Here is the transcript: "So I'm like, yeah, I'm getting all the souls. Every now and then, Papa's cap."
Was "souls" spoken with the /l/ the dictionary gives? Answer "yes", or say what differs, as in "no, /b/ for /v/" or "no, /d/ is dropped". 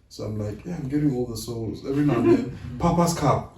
yes